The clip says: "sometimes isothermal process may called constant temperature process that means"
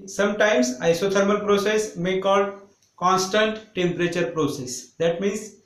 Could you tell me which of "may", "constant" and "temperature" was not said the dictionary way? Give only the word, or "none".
none